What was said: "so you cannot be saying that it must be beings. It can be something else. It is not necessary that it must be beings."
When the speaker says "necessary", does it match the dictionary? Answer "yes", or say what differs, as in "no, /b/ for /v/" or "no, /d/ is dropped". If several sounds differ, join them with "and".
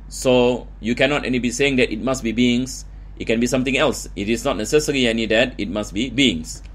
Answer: no, /l/ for /ɹ/